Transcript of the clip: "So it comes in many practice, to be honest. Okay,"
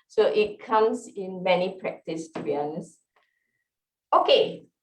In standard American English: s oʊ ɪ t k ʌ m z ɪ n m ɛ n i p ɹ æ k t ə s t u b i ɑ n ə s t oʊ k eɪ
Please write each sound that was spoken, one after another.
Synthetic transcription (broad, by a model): s oʊ ɪ t k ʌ m s ɪ n m ɛ n i p ɹ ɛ k t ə s t u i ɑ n s oʊ k eɪ